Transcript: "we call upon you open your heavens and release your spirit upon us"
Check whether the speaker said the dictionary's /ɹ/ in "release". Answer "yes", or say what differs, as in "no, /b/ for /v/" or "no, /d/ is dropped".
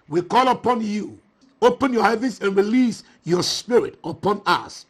yes